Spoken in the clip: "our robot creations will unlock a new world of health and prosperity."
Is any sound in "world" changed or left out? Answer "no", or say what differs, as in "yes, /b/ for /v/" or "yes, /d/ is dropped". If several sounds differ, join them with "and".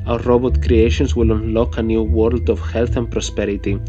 no